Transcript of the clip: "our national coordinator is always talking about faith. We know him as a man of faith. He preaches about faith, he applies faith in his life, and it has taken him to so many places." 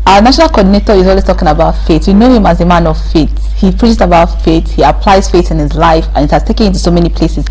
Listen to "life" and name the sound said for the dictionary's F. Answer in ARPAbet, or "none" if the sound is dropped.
F